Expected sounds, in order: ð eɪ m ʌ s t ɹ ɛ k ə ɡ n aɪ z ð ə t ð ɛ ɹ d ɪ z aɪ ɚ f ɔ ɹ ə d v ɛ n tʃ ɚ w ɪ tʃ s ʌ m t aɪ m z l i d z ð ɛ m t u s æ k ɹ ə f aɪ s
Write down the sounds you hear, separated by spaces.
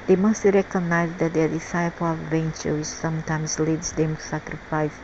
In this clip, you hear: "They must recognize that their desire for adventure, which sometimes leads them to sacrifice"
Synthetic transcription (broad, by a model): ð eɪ m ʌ s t ɹ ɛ k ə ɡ n aɪ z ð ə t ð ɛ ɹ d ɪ s aɪ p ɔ l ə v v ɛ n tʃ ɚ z s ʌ m t aɪ m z l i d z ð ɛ m t u s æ k ɹ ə f aɪ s